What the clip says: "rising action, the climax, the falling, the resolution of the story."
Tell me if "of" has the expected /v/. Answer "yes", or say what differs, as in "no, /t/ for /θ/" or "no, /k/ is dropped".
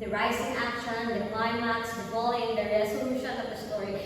no, /p/ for /v/